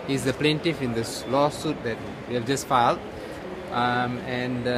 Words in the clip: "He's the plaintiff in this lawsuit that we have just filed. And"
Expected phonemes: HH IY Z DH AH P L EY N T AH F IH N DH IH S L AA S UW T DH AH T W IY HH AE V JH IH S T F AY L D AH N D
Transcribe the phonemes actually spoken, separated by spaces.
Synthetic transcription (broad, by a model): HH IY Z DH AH P L EY N T AH F IH N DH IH S L AA S UW T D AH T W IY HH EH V JH IH S T F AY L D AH N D